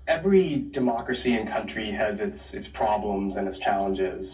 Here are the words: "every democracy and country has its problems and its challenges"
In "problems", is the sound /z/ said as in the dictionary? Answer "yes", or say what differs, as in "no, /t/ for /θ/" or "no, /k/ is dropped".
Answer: yes